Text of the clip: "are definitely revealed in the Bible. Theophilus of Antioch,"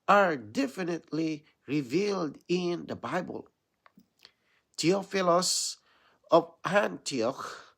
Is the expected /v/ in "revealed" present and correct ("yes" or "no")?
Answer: yes